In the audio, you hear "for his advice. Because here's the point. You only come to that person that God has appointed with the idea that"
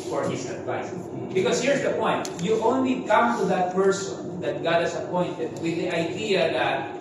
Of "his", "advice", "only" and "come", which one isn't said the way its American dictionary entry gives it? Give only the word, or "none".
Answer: his